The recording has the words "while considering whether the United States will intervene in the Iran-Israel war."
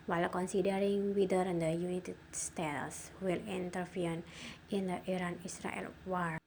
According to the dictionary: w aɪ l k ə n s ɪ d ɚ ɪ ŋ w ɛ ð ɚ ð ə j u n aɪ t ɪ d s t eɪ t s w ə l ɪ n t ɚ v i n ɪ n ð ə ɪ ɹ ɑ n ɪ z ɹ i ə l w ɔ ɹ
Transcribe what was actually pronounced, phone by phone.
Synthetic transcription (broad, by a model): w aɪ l k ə n s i d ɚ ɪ ŋ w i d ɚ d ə j u n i t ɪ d s t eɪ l s w ə l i n t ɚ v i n ɪ n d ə ɪ ɹ ɑ n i s ɹ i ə l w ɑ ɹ